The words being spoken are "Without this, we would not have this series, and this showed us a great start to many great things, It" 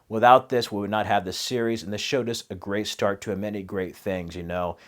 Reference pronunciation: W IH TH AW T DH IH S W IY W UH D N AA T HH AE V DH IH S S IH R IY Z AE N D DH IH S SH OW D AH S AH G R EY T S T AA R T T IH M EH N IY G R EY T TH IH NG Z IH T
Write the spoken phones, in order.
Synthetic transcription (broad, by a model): W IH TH AW T DH IH S W IY W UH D N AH T HH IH V DH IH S S IH R IY Z N DH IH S SH OW D AH S AH G R EY T S T AA R T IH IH M EH N IY G R EY T TH IH NG Z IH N